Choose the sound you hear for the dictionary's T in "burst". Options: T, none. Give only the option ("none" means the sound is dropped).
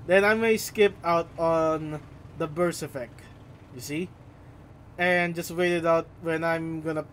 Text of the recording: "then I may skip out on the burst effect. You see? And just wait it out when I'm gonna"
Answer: none